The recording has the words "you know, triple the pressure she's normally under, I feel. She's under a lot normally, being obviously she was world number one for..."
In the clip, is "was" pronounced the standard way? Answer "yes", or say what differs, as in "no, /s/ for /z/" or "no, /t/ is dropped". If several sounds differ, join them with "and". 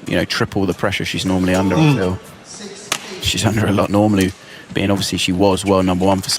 yes